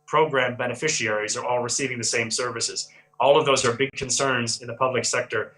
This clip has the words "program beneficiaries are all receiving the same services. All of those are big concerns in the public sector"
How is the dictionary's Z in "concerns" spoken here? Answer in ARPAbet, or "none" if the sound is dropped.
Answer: Z